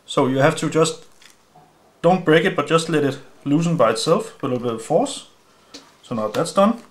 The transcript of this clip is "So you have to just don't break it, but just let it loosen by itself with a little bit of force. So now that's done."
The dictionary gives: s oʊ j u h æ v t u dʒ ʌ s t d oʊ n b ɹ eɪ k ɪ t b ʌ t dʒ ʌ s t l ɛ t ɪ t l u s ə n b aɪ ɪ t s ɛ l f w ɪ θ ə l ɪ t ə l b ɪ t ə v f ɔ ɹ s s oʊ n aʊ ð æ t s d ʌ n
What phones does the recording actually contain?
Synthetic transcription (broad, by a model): s oʊ j u h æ f t u dʒ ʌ s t d oʊ n b ɹ eɪ k ɪ t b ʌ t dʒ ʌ s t l ɛ t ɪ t l u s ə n b aɪ ɪ t s ɛ l f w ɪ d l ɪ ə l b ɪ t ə f ɔ s s oʊ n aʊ ð æ t s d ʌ n